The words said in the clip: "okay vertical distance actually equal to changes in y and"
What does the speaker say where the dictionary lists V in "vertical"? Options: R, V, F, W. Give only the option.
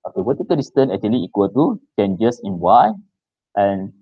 W